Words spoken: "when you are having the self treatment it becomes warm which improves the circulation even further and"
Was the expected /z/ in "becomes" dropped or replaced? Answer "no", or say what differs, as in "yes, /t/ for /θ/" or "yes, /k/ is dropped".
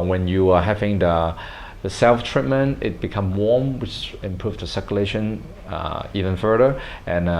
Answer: yes, /z/ is dropped